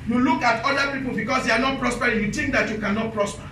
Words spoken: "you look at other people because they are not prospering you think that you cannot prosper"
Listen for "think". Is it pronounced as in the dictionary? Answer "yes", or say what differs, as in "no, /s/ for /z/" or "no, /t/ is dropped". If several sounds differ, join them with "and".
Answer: no, /t/ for /θ/